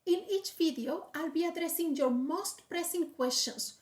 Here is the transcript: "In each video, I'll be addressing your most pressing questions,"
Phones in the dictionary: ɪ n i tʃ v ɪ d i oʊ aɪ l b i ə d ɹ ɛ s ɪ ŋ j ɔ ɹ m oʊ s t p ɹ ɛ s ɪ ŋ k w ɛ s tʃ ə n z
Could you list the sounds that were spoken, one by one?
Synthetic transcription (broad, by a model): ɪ n i tʃ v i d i oʊ aɪ l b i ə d ɹ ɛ s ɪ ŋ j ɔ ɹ m oʊ s t p ɹ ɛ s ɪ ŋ k w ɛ s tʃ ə n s